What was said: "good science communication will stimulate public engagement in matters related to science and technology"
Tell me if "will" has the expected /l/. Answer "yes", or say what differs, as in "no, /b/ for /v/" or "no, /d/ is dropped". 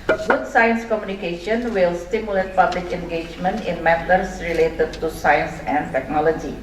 yes